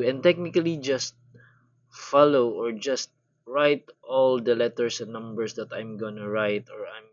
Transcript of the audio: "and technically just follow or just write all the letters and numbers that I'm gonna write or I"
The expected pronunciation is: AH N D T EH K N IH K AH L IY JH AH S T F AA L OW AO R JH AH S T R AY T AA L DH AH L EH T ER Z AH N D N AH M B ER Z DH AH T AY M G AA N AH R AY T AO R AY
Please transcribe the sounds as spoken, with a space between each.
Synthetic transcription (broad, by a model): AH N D T EH K N IH K AH L IY JH AH S T F AA L OW AO R JH AH S T R AY T AA L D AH L EH T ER S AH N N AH M B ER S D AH T AY M G AA N AH R AY T AO R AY